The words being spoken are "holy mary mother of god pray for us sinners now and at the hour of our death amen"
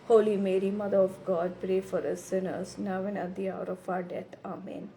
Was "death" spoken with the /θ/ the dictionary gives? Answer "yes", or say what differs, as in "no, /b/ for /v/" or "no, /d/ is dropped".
no, /t/ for /θ/